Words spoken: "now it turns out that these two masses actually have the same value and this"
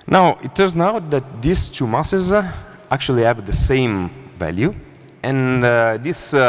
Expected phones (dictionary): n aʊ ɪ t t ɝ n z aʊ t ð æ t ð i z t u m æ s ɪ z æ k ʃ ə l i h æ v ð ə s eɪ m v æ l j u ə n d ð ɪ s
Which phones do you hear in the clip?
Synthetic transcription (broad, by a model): n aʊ ɪ t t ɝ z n aʊ t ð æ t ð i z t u m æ s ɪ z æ k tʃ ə l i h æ v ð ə s eɪ m v æ l j u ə n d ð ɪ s